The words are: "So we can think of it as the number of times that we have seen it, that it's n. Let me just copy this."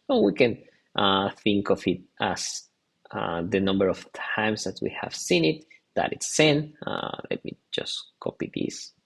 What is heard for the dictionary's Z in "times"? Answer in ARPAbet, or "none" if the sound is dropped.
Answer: S